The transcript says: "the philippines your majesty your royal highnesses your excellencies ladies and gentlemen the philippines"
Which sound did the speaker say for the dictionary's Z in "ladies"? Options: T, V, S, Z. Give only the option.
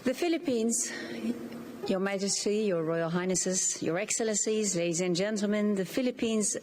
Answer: Z